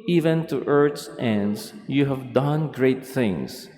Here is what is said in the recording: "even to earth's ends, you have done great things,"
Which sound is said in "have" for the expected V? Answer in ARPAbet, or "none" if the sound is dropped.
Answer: V